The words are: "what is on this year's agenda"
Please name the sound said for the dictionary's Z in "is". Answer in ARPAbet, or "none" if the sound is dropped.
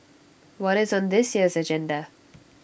Z